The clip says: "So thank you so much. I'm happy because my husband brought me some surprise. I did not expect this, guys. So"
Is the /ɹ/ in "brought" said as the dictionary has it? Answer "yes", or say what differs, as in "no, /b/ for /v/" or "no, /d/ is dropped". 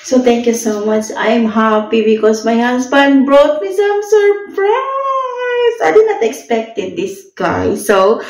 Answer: yes